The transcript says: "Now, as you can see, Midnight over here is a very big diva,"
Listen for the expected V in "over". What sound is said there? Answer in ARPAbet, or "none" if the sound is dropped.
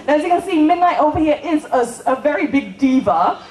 V